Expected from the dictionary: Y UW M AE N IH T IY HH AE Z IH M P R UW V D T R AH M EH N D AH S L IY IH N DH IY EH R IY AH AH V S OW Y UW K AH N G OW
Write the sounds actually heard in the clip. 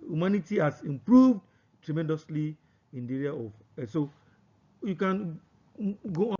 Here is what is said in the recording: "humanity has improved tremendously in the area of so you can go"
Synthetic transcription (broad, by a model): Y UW M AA N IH T IY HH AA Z IH M P R UW V D T R AH M EH N D AH S L IY IH N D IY EH R IY AH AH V S OW Y UW K AH N G OW